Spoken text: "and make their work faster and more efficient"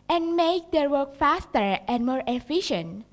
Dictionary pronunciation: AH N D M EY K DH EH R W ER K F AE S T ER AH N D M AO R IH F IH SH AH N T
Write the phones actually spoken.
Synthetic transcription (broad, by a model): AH N M EY K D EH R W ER K F AE S T ER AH N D M AO R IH F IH SH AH N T